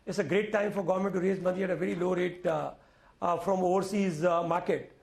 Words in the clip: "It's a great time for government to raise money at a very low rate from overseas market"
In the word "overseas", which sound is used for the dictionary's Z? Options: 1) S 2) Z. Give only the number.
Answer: 2